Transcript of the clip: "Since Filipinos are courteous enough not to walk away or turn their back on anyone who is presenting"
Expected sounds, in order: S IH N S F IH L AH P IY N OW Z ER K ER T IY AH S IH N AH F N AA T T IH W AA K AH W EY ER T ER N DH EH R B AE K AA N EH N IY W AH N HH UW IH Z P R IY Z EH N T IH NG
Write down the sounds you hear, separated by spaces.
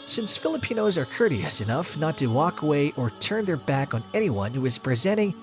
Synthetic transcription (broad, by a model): S IH N S F IH L AH P IY N OW Z ER K ER T IY AH S IH N AH F N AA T T IH W AA K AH W EY ER T ER N DH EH R B AE K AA N EH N IY W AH N HH UW IH Z P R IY Z EH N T IH NG